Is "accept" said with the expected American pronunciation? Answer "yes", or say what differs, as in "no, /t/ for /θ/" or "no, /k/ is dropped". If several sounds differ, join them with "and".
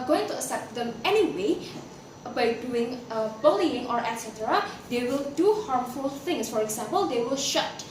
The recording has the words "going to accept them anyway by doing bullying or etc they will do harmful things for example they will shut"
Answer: no, /k/ is dropped